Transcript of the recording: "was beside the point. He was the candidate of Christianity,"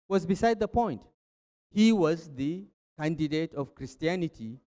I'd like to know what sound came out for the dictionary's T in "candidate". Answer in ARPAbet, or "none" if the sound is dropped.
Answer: T